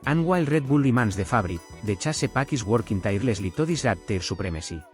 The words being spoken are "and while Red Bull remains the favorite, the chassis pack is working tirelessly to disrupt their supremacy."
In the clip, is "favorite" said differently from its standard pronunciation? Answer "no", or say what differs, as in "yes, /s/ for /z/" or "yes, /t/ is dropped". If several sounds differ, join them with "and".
yes, /b/ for /v/